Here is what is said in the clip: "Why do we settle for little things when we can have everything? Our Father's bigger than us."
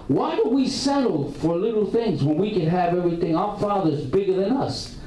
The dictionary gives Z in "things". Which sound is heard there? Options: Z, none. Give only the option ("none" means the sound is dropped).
Z